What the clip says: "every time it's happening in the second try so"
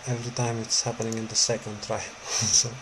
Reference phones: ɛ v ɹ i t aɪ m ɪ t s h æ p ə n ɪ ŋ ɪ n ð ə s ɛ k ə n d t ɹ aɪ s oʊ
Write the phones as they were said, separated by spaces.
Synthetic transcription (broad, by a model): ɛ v ɹ i t aɪ m ɪ t s h æ p ə n ɪ ŋ ɪ n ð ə s ɛ k ə n d t ɹ aɪ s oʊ